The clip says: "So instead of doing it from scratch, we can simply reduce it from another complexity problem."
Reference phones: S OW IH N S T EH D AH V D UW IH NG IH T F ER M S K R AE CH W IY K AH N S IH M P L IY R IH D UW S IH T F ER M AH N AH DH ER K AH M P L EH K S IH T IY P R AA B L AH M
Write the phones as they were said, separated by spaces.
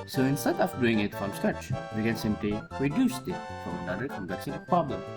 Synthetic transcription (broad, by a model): S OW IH N S T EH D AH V D UW IH NG IH T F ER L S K AE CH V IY K AH N S IH M P L IY R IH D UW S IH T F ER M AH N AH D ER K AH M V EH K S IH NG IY P R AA B L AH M